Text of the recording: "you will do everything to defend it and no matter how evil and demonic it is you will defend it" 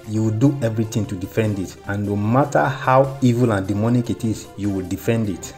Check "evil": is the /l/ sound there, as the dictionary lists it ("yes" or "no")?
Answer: yes